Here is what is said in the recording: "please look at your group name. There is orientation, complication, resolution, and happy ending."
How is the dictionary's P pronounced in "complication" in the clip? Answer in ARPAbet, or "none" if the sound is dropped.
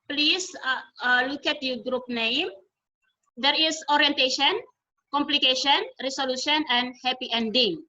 P